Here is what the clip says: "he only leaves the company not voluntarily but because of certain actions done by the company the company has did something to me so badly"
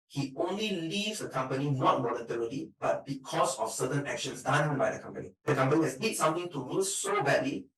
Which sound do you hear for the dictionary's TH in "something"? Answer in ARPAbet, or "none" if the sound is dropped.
T